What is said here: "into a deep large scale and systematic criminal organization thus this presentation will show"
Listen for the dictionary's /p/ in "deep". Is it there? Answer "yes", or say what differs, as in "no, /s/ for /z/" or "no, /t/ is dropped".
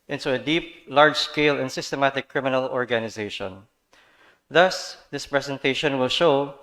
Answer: yes